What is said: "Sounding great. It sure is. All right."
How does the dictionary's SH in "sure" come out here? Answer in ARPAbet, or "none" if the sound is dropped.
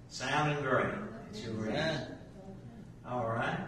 S